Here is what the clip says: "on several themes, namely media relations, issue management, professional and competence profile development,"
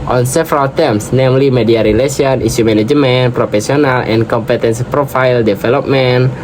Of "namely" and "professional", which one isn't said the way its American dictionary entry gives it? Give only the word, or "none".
professional